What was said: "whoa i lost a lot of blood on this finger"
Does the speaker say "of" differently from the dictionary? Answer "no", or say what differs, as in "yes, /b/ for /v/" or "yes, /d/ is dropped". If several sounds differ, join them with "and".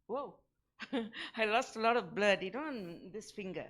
no